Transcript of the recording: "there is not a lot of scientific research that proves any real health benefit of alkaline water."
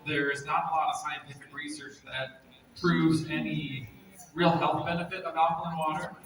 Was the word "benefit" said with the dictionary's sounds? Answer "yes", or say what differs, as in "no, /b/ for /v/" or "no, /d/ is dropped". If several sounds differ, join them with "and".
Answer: yes